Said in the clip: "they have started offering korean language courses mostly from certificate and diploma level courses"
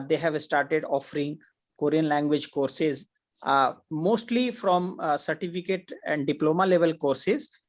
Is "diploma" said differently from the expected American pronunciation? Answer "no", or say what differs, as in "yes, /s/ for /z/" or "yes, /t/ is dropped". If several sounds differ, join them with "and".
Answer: no